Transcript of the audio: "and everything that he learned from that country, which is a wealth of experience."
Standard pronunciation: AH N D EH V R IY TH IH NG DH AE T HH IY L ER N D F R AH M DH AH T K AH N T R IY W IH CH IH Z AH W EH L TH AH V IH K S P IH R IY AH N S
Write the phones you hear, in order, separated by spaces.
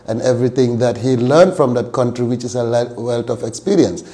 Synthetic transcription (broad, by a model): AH N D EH V R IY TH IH NG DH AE T HH IY L ER N D F R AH M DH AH T K AH N T R IY W IH CH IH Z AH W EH L T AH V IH K S P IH R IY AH N S